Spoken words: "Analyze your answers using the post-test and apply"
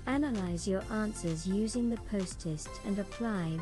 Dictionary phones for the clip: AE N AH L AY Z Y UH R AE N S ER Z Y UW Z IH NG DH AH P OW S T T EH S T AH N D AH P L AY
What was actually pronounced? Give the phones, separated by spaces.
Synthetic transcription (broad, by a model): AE N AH L AY Z Y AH R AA N S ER Z Y UW Z IH NG DH AH P OW S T T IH S T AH N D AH P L AY